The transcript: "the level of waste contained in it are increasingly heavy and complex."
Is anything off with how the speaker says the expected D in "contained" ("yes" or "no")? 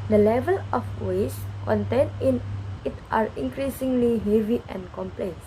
yes